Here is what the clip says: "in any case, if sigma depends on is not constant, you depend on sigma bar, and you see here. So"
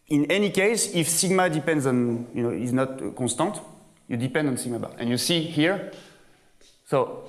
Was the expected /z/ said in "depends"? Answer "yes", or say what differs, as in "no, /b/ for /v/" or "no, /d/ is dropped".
yes